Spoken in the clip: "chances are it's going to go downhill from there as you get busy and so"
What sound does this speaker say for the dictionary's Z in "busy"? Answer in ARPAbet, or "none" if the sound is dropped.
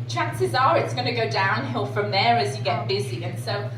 Z